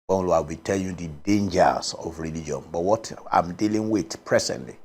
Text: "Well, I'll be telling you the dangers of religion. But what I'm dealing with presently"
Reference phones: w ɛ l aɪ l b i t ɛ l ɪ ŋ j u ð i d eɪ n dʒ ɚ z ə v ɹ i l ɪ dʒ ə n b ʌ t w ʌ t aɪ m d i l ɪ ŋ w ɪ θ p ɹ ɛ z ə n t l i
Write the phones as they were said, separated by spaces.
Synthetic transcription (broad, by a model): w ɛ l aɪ w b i t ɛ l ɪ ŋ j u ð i d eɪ n dʒ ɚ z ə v ɹ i l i dʒ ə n b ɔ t w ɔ t aɪ m d i l ɪ ŋ w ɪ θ p ɹ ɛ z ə n t l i